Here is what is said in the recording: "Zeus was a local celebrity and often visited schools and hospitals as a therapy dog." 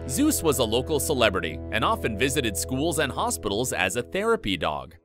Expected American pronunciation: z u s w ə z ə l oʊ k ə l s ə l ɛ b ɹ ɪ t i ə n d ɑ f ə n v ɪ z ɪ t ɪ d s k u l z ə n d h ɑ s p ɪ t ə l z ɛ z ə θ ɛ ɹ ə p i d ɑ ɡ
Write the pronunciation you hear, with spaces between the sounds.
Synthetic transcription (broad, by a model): z u s w ə z ə l oʊ k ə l s ə l ɛ b ɹ ɪ t i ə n ɑ f ə n v ɪ z ɪ t ɪ d s k u l z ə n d h ɑ s p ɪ t l z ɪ z ə θ ɛ ɹ ə p i d ɑ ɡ